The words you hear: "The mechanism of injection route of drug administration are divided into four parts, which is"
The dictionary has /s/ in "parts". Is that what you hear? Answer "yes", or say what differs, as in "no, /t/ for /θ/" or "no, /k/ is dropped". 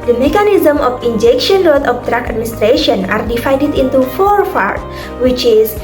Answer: no, /s/ is dropped